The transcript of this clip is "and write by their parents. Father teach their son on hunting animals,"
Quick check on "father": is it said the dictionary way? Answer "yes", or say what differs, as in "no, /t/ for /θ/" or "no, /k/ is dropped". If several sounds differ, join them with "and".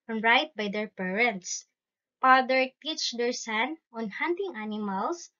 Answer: no, /p/ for /f/